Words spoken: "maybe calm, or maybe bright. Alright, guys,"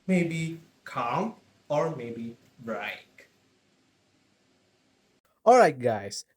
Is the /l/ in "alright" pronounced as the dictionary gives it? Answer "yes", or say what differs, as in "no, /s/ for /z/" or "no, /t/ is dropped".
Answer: yes